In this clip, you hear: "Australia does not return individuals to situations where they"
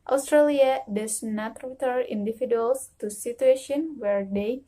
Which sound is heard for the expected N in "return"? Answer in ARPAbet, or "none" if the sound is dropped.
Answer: none